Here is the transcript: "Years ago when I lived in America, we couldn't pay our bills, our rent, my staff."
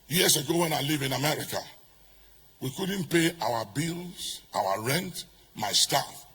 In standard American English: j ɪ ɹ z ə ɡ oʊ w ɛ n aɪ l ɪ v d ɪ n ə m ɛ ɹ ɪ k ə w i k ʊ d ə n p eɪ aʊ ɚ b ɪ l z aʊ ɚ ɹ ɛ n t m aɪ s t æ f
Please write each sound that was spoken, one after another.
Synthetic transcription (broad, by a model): j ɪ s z ə ɡ oʊ w ɛ n aɪ l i v ɪ n ə m ɛ ɹ ɪ k ə w i k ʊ d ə n p eɪ aʊ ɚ b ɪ l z aʊ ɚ ɹ ɛ n t m aɪ s t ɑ f